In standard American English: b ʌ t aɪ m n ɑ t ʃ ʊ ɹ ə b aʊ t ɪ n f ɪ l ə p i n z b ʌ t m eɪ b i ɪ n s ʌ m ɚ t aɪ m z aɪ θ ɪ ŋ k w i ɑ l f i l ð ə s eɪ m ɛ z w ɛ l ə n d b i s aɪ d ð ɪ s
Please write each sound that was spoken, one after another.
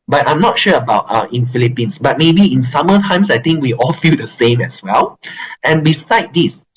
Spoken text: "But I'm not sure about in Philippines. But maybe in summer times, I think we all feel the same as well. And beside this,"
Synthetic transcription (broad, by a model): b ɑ t aɪ m n ɑ t ʃ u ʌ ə b aʊ t ɪ n f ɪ l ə p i n s b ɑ t m eɪ b i ɪ n s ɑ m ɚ t aɪ m s aɪ t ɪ ŋ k w i ɑ l f i l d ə s eɪ m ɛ s w ɛ l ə n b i s aɪ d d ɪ s